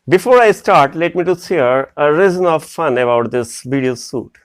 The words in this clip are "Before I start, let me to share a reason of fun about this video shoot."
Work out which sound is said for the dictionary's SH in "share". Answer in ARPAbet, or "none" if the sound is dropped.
S